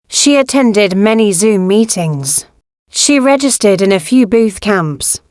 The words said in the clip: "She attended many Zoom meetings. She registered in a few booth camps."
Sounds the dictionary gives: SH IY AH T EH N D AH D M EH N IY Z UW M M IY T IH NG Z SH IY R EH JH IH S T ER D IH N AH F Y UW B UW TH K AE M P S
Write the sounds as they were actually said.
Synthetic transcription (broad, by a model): SH IY AH T EH N D AH D M EH N IY Z UW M M IY T IH NG Z SH IY R EH JH IH S T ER D IH N AH F Y UW B UW TH K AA M P S